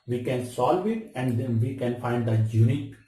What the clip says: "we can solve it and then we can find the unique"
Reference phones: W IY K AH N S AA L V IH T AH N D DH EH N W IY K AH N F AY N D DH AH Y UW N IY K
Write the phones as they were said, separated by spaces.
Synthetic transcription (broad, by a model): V IY K AH N S AA L V IH T AH N D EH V IY K AH N F AY N D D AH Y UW N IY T